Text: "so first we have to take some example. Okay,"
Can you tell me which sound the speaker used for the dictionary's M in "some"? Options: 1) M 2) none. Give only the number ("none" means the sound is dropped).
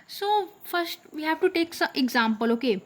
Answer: 2